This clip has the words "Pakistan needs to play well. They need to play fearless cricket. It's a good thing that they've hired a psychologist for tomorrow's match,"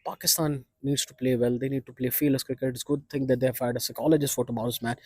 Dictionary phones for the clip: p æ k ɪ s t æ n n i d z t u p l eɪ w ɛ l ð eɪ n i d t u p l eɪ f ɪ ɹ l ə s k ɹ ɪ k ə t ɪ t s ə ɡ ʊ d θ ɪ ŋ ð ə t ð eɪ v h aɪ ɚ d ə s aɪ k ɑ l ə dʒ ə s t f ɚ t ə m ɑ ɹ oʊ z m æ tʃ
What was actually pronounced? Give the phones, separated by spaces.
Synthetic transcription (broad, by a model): p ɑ k ɪ s t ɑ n n i d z t u p l eɪ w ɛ l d eɪ n i d t u p l eɪ f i l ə s k ɹ ɪ k ə t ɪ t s ɡ ʊ d t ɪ ŋ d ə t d eɪ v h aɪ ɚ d ə s aɪ k ɑ l ə dʒ ə s t f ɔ t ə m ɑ ʊ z m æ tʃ